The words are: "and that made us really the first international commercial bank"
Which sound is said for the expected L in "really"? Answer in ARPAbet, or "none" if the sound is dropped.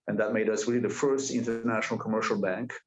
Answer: none